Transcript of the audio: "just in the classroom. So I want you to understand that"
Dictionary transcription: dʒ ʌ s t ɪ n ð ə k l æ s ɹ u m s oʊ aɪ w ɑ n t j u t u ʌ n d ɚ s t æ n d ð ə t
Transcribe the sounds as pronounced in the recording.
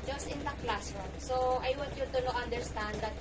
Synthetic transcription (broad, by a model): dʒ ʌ s t ɪ n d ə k l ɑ s ɔ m s oʊ aɪ w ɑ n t j u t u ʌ n d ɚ s t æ n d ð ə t